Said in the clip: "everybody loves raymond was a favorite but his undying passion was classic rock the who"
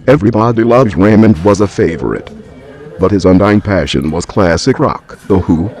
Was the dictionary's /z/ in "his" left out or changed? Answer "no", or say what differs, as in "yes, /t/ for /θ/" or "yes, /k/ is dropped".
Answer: no